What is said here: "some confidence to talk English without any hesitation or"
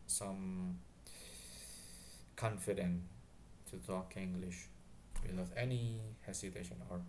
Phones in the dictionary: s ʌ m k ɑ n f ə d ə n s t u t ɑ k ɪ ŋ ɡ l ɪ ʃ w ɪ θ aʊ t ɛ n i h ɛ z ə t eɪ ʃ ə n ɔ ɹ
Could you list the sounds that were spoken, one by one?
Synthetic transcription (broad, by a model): s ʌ m k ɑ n f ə d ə n t u t ɑ k ɪ ŋ ɡ l ɪ ʃ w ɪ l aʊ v ɛ n i h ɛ s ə t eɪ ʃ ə n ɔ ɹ